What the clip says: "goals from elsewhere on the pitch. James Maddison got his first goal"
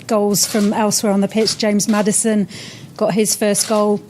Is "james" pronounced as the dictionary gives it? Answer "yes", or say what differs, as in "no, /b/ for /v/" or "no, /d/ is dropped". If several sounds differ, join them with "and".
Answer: yes